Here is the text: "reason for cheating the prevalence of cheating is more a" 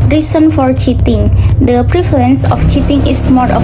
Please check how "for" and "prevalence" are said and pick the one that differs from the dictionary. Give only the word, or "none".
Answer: prevalence